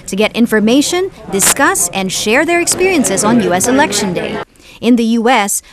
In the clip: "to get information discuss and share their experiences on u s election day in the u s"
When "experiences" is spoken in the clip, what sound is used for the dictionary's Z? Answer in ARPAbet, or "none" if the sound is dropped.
Z